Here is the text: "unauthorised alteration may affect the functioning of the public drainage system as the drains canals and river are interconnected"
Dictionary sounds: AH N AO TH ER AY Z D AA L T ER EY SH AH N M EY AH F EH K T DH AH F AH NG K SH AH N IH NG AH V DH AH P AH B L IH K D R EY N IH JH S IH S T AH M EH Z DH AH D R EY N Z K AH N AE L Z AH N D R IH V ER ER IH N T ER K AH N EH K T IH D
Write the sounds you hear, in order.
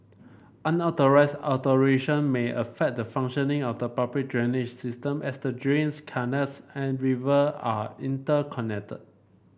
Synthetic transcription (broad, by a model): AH N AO T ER AY S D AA T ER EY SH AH N M EY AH F EH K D AH F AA NG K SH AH N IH NG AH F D AH P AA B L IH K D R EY N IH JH S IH S T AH M EH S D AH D R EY N S K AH N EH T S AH N R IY V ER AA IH N T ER K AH N EH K T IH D